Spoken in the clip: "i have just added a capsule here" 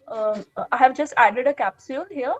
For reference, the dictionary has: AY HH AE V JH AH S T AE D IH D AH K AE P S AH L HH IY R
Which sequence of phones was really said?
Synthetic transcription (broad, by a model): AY HH AE V JH AH S T AE D IH D AH K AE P S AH N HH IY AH